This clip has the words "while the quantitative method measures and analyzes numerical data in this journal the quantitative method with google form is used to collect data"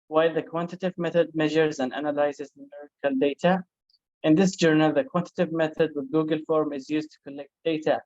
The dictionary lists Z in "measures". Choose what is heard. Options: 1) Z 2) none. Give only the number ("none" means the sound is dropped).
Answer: 1